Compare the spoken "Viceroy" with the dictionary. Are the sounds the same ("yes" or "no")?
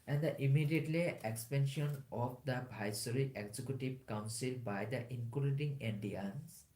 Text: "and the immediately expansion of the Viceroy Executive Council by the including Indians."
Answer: no